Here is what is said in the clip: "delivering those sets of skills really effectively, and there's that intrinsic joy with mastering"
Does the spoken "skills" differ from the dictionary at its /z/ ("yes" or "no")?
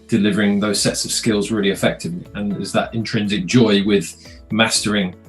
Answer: no